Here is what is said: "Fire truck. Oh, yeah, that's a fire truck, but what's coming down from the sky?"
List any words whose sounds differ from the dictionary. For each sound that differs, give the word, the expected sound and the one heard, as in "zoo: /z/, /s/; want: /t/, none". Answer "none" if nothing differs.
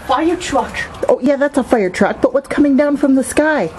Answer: none